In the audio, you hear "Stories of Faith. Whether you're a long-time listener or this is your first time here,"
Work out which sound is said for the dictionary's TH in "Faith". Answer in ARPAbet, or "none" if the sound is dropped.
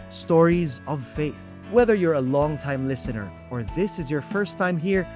TH